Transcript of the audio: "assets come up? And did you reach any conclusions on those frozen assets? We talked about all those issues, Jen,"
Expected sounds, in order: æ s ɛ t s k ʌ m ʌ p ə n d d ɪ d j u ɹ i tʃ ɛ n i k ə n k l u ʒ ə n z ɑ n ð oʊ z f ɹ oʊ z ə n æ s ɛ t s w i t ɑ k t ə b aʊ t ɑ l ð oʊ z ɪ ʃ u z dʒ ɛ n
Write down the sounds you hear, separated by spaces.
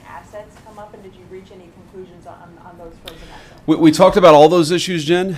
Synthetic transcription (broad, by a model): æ s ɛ t s k ʌ m ʌ p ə n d d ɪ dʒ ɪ ɹ i tʃ ɛ n i k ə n k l u ʒ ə n z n n ð oʊ z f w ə w i t ɑ k t ə b aʊ t ɑ l ð oʊ z ɪ ʃ u z dʒ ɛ n